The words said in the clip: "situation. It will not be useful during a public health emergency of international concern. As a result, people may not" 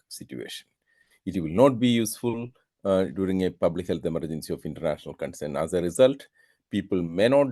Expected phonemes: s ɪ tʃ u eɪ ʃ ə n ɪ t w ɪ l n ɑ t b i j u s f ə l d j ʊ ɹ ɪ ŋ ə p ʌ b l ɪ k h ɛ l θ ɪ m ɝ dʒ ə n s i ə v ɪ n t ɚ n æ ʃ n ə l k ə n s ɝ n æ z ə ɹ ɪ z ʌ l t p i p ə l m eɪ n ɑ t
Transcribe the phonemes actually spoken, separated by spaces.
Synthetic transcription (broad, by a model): s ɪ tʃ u eɪ ʃ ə n ɪ t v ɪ l n ɑ t b i j u s f ə l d j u ɹ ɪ ŋ ə p ʌ b l ɪ k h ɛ l t ɪ m ɝ dʒ ə n s i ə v ɪ n t ɚ n æ ʃ n ə l k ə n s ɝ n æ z ə ɹ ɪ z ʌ l t p i p ə l m eɪ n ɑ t